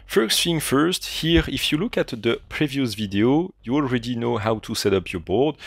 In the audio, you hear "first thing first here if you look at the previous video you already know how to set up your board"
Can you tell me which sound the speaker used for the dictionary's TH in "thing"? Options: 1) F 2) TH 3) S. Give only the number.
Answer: 1